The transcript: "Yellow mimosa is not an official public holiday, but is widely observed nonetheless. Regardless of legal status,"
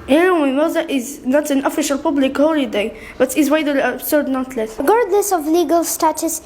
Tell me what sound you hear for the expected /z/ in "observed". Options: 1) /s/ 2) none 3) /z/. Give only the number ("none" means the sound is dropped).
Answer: 1